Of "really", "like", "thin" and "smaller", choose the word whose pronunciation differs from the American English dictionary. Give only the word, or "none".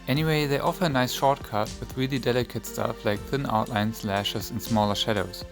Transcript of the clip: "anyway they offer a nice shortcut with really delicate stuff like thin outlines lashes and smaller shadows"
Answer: none